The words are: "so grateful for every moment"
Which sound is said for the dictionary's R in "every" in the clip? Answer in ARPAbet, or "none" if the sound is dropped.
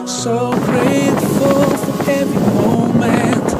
none